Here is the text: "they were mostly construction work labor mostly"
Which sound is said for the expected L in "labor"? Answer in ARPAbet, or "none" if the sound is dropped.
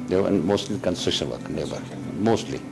N